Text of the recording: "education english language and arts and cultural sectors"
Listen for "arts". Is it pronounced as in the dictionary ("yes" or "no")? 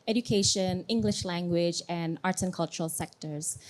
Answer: no